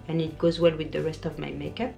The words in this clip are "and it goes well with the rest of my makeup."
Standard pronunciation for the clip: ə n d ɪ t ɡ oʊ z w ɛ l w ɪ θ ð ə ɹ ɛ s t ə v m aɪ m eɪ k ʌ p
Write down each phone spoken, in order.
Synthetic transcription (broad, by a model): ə n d ɪ t ɡ oʊ z w ɛ l w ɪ ð ə ɹ ɛ s t ə v m aɪ m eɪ k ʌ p